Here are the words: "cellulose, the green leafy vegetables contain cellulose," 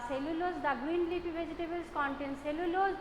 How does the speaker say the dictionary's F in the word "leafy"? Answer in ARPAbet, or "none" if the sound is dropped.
P